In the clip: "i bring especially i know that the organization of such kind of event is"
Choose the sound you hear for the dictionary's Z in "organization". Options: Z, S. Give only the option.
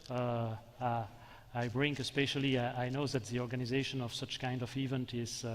Z